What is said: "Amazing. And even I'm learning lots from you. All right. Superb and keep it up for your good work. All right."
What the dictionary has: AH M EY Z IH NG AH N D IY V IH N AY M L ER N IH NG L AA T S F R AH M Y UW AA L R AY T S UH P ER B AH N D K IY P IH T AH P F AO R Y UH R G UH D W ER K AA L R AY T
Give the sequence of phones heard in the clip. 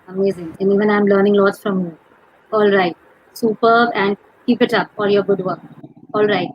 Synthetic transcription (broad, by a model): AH M EY Z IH NG AH N D IY V IH N AY M L ER N IH NG L AA T S F R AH M Y UW AA L R AY T S UH P ER B AH N D K IY P IH T AH P AO L Y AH R G UH D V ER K AA L R AY T